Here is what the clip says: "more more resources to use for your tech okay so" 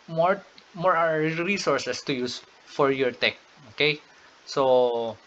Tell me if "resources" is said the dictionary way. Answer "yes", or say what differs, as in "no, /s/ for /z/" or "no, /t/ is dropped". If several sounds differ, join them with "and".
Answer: no, /s/ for /z/